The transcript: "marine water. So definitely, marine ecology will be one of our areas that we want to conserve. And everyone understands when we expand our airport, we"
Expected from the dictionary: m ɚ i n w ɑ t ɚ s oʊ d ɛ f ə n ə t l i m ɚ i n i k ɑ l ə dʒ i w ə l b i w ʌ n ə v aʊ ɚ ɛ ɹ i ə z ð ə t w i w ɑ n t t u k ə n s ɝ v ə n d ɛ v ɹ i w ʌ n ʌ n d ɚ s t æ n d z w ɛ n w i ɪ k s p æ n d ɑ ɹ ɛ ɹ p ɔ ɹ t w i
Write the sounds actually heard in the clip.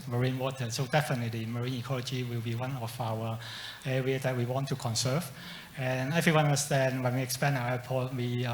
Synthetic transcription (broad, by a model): m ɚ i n w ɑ t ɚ s oʊ d ɛ f ə n ə t l i m ɚ i n i k ɑ l ə dʒ i w ə l b i w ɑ n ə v aʊ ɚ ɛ ɹ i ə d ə t w i w ɑ n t t u k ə n s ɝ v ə n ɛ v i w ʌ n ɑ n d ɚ s t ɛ n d w ɛ n w i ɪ k s p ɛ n ɑ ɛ p ɔ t w i